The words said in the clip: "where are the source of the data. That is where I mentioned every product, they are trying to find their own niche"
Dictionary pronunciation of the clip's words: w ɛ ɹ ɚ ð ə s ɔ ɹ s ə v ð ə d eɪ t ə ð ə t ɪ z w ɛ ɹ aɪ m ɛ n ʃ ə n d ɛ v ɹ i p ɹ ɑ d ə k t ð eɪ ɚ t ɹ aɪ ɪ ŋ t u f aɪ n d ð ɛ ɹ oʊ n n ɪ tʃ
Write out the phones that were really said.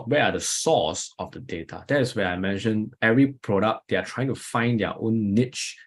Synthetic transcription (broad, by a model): w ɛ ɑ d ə s ɔ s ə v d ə d eɪ t ə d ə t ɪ s w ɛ aɪ m ɛ n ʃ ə n ɛ v ɹ i p ɹ ɑ d ə k t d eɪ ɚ t ɹ aɪ ɪ ŋ t u f aɪ n d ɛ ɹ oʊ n n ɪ tʃ